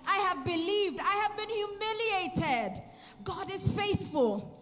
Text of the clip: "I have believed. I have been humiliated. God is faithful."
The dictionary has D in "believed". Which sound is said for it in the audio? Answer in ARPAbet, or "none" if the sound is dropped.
D